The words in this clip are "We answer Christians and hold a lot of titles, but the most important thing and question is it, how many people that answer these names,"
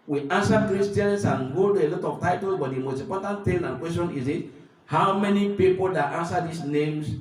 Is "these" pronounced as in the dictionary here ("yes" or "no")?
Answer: no